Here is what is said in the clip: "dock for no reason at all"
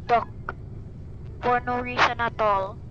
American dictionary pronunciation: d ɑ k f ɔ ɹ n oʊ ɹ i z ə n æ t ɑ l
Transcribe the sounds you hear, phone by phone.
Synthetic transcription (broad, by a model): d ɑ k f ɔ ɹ n oʊ ɹ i s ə n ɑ t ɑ l